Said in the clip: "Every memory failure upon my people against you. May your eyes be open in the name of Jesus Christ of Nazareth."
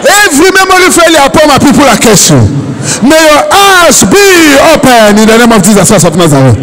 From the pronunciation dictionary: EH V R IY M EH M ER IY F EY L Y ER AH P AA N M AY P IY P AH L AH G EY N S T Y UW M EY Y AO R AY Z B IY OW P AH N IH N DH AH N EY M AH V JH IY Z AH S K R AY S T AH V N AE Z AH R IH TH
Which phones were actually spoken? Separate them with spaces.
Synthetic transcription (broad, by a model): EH V R IY M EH M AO IY F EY L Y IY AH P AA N M AY P IY P AH L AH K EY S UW M EY Y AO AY S B IY OW P AH N IH N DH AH N EY M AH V JH IY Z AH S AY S AH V N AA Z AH R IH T